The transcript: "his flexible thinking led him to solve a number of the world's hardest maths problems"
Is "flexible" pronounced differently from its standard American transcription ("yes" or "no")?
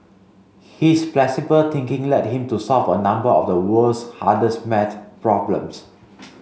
yes